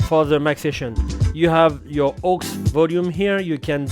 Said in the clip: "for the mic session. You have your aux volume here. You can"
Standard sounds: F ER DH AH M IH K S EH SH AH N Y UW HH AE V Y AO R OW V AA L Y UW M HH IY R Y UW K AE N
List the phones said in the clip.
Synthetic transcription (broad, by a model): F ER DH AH M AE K S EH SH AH N Y UW HH AE V Y AO R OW V AA L Y UW M HH IY R Y UW K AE N